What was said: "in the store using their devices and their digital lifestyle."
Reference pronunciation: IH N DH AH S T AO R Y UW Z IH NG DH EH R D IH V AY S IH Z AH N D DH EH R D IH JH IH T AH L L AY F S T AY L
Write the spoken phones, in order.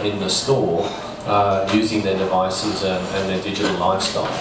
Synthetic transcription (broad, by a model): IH N DH AH S T AO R Y UW Z IH NG DH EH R D IH V AY S IH Z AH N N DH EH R D IH JH IH T AH L L AY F S T AY L